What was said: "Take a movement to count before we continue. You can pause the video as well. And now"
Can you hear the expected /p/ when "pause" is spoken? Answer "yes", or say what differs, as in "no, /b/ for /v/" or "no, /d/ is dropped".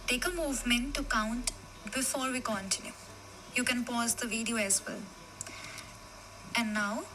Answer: yes